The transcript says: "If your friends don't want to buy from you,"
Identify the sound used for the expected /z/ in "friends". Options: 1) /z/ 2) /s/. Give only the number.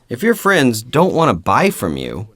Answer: 1